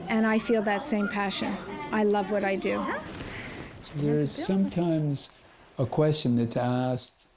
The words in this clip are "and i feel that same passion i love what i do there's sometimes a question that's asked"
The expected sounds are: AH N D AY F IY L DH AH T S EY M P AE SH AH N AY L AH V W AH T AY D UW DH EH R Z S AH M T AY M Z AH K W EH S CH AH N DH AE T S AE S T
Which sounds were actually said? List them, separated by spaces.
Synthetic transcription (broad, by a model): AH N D AY F IY L DH AH T S EY M P AE SH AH N AY L AH V W AH T AY D UW DH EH R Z S AH M T AY M Z AH K W EH S CH AH N DH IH T S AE S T